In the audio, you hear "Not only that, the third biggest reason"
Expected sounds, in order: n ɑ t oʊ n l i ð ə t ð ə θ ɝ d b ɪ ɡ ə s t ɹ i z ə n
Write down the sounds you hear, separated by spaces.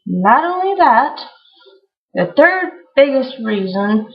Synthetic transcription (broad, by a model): n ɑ t oʊ n l i ð ə t ð ə θ ɝ d b ɪ ɡ ə s t ɹ i z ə n